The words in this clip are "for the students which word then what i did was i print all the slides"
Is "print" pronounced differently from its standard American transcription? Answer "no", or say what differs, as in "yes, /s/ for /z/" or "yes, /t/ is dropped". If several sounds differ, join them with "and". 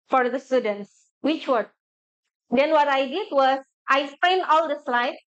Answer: yes, /t/ is dropped